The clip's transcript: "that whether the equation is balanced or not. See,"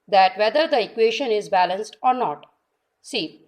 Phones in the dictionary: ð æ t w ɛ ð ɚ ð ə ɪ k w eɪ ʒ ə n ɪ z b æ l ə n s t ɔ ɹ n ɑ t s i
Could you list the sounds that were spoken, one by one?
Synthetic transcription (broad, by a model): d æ t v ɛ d ɚ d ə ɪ k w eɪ ʃ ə n ɪ z b æ l ə n s t ɔ ɹ n ɑ t s i